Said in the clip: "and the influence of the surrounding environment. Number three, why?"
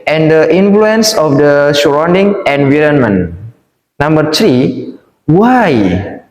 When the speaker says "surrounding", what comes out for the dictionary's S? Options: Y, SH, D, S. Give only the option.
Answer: SH